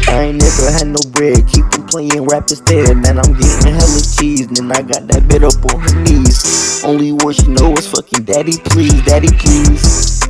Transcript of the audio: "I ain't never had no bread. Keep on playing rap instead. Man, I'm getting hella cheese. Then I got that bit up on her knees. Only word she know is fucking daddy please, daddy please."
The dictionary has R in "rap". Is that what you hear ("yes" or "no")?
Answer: yes